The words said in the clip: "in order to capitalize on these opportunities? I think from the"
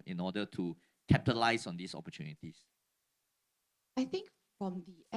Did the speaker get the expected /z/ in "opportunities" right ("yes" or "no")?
no